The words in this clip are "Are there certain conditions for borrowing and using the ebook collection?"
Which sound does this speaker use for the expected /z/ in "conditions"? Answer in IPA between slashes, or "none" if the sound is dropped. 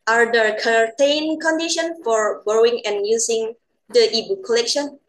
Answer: none